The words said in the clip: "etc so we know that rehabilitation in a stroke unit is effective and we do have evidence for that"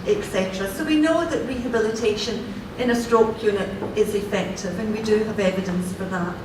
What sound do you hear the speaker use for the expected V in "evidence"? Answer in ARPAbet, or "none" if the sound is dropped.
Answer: V